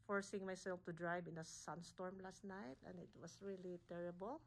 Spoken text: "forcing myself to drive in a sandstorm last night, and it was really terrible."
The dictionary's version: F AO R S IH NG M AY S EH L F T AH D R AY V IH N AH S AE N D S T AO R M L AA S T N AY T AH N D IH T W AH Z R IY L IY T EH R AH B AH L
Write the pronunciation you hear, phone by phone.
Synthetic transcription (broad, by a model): F AO R S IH NG M AY S EH L F T AH D R AY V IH N AH S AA N S T AO R M L AA S T N AY T AH N D IH T W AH S R IY L IY T EH R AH B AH L